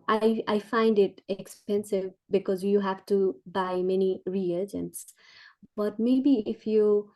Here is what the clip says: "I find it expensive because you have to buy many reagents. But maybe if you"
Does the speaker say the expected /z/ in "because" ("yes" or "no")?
yes